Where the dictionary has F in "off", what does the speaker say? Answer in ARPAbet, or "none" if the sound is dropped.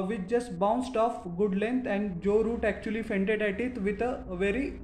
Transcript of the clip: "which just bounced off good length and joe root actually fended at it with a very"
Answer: F